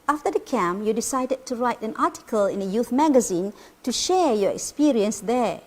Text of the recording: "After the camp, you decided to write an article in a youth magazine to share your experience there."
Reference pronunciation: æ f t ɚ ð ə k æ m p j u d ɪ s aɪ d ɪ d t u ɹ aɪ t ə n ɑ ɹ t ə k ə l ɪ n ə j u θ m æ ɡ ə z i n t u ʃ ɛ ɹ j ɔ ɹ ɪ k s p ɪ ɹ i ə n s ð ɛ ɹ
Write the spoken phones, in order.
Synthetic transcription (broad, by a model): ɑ f t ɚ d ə k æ m j u d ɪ s aɪ d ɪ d t u ɹ aɪ t ə n ɑ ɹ t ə k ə l ɪ n ə j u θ m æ ɡ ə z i n t u ʃ ɛ ɹ j ɔ ɹ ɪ k s p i ɹ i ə n s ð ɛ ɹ